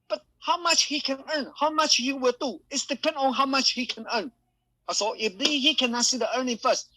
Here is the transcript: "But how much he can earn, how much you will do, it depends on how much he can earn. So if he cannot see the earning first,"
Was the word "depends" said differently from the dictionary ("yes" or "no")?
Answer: yes